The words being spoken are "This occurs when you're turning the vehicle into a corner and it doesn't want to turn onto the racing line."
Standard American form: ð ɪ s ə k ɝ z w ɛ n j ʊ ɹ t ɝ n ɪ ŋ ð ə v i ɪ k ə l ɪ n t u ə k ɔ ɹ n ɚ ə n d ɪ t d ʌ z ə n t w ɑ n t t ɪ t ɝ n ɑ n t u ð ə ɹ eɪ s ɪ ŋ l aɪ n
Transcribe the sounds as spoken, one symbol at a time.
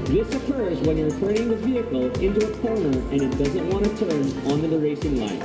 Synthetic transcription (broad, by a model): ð ɪ s ə k ɝ z w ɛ n j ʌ ɹ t ɝ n ɪ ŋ ð ə v i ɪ k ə l ɪ n t u ə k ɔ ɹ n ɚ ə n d ɪ t d ʌ z ə n t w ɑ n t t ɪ t ɝ n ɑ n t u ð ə ɹ eɪ s ɪ ŋ l aɪ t